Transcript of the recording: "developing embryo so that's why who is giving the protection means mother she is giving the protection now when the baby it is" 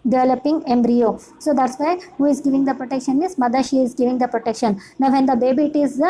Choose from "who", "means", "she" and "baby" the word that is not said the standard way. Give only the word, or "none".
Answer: means